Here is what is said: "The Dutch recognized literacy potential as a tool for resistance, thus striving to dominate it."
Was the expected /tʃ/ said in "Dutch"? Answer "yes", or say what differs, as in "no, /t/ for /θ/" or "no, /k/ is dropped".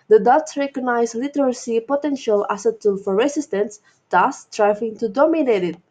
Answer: no, /s/ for /tʃ/